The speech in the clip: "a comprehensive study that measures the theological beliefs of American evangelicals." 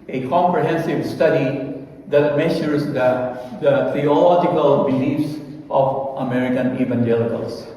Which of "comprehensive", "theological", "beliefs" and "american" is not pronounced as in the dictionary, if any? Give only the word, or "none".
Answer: theological